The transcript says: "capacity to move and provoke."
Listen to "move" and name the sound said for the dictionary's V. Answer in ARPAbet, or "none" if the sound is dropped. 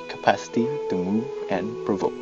none